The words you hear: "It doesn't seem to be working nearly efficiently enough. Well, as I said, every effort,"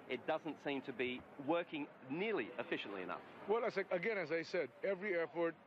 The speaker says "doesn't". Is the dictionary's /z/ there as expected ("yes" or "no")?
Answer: yes